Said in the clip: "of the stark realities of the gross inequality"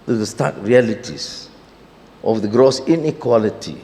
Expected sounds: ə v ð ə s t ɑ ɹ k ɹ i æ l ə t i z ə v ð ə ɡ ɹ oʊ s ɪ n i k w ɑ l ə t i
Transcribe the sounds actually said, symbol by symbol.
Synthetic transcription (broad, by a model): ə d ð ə s t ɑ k ɹ i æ l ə t i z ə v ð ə ɡ ɹ oʊ s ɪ n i k w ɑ l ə t i